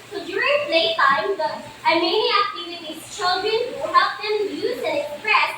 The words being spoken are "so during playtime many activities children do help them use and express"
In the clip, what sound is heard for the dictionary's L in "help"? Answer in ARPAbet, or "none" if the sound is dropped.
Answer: none